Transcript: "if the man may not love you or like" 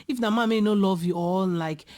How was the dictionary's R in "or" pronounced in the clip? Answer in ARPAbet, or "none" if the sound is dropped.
L